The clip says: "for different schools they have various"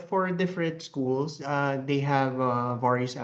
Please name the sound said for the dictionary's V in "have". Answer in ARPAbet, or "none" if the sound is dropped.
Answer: V